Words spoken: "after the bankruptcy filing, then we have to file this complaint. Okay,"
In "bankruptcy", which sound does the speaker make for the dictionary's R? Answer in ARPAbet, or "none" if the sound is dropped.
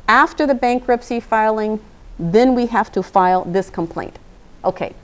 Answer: R